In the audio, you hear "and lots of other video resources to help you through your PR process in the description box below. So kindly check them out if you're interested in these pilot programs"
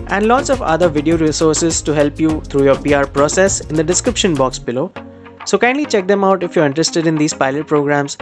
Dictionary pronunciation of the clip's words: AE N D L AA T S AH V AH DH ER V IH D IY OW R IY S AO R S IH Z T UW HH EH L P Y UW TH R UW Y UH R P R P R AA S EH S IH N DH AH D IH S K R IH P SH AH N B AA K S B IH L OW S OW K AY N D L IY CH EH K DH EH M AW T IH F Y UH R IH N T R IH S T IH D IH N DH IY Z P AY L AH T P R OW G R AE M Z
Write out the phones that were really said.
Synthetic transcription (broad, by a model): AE N D L AA T S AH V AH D ER V IH D IY OW R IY S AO R S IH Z T UW HH EH L P Y UW T R UW Y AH R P R P R AA S EH S IH N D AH D IH S K R IH P SH AH N B AA K S B IH L OW S OW K AY N D L IY CH EH K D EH M AW T IH F Y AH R IH N T R IH S T IH D IH N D IY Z P AY L AH T P R OW G R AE M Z